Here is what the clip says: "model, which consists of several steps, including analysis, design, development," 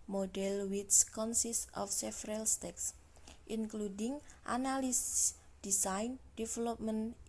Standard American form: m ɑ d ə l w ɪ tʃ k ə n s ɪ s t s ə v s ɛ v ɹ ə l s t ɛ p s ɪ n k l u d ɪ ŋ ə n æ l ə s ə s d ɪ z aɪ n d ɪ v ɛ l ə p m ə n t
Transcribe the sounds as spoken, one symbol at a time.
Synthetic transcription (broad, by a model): m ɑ d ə l w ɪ s k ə n s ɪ s t ə f s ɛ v ɹ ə l s t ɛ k s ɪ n k l u d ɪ ŋ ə n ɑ l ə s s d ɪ s aɪ n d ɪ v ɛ l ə p m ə n